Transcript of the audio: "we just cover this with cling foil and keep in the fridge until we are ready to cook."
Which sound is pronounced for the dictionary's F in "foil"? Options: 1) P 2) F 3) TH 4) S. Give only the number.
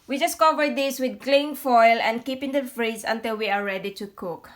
2